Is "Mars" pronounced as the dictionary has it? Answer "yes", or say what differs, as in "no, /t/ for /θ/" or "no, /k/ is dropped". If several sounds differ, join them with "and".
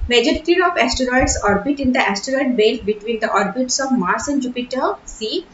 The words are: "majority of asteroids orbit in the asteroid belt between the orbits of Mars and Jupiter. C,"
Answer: no, /s/ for /z/